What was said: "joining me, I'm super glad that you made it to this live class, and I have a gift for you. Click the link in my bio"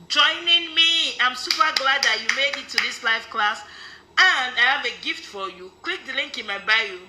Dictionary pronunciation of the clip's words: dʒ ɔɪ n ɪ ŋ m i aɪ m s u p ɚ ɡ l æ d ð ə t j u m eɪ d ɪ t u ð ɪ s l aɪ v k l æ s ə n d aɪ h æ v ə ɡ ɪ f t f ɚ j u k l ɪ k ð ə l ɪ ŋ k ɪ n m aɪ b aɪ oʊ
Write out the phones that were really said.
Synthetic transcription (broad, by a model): dʒ ɔɪ n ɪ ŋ m i aɪ m s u p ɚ ɡ l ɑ d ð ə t j u m eɪ d ɪ t u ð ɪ s l aɪ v k l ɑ s ə n d aɪ h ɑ v ə ɡ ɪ f t f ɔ j u k w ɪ k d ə l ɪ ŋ k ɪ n m aɪ b aɪ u